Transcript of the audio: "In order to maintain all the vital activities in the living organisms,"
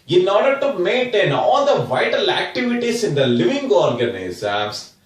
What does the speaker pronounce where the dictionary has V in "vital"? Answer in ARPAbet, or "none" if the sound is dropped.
V